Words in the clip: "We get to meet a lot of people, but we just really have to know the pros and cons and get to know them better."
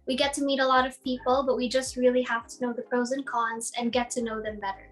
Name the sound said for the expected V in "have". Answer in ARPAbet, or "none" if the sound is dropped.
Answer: F